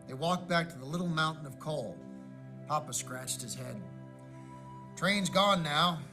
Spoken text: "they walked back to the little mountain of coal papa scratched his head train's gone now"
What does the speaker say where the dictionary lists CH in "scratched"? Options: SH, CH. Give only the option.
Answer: CH